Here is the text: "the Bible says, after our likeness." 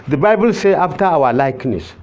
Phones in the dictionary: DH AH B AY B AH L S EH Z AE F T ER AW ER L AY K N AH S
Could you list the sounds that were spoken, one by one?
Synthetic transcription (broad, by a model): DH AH B AY B AH L S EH AA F T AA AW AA L AY K N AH S